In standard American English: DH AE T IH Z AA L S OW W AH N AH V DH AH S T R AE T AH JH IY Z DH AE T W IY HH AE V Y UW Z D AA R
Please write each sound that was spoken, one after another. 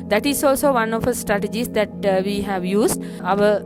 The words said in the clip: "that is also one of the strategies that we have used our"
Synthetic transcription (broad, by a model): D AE T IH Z AA L S OW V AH N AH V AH S T R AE T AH JH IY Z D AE T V IY HH AE V Y UW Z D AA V